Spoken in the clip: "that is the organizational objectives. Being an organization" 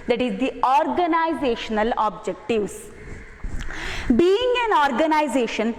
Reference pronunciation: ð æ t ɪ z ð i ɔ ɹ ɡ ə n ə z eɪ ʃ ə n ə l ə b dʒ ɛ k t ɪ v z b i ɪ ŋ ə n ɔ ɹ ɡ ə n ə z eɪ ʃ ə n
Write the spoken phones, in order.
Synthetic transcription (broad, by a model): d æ t ɪ z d i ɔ ɹ ɡ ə n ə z eɪ ʃ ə n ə l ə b dʒ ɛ k t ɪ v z b i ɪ ŋ ə n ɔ ɹ ɡ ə n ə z eɪ ʃ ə n